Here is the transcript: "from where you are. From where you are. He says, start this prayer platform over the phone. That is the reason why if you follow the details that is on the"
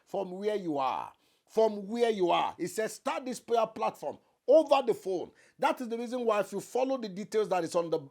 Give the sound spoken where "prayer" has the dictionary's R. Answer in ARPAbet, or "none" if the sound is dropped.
none